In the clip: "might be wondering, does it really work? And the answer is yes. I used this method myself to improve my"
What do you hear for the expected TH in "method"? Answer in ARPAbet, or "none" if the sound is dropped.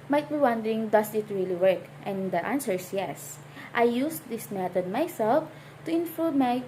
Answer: T